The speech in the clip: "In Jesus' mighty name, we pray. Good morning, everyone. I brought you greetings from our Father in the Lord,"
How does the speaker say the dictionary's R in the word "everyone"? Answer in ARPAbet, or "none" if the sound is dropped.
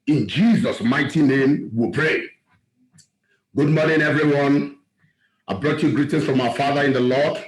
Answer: R